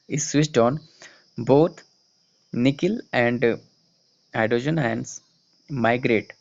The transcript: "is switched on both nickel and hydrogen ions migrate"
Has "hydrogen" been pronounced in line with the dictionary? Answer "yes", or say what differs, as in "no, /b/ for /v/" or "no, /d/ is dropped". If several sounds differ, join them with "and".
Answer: no, /ɹ/ is dropped